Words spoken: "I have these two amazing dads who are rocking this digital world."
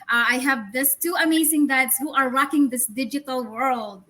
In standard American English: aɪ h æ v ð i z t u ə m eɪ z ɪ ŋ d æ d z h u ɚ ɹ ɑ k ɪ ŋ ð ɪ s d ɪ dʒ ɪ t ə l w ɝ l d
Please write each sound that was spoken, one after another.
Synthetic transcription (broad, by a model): aɪ h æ v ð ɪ s t u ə m eɪ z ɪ ŋ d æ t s h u ɚ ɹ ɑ k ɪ ŋ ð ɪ s d ɪ dʒ ɪ t ə l w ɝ l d